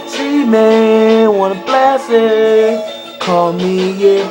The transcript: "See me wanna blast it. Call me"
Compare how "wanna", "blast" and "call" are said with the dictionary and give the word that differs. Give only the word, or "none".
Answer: blast